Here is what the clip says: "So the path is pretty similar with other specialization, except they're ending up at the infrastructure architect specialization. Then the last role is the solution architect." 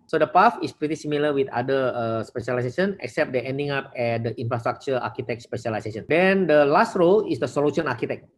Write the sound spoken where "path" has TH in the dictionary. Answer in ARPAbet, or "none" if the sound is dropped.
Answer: F